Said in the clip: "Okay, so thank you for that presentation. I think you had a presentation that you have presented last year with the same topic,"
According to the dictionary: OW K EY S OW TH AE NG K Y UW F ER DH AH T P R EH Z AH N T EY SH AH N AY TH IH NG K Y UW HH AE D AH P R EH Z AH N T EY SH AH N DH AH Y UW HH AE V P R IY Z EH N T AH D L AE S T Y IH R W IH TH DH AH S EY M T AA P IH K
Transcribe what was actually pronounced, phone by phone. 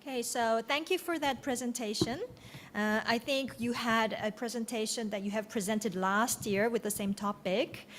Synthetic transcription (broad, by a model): K EY S OW TH AE NG K Y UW F ER DH AH T P R EH Z AH N T EY SH AH N AY TH IH NG K Y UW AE D AH P R EH Z AH N T EY SH AH N DH AH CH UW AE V P R IY Z EH N T AH D L AE S T Y IH R W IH DH AH S EY M T AA P IH K